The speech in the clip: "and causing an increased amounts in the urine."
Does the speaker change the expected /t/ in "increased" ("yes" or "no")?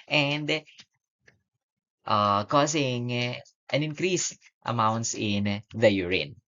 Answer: no